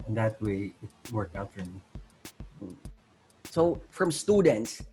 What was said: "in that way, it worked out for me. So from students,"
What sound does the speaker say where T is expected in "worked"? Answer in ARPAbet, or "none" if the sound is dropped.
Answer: none